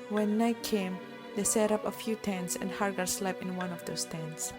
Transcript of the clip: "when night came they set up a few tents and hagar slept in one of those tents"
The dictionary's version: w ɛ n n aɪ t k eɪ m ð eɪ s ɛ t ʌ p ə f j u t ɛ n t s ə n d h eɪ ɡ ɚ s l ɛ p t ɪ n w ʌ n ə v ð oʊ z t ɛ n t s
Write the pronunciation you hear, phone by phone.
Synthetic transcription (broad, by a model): w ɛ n n aɪ t k eɪ m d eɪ s ɛ t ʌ p ə f j u t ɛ n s ə n d h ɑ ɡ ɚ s l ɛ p ɪ n w ʌ n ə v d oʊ s t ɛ n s